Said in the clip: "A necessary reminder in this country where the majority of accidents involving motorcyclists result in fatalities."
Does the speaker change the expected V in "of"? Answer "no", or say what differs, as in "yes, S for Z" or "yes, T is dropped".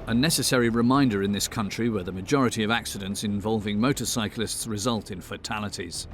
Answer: no